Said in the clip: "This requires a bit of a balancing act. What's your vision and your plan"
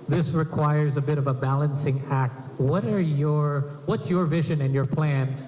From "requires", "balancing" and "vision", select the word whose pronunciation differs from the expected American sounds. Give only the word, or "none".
none